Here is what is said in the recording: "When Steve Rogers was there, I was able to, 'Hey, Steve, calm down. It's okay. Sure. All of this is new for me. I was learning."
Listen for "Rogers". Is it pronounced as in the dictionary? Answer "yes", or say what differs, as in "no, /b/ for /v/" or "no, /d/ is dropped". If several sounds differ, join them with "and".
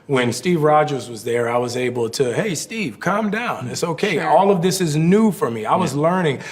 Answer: yes